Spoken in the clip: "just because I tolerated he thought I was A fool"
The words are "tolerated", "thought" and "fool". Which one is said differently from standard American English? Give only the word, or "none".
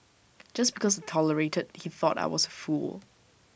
none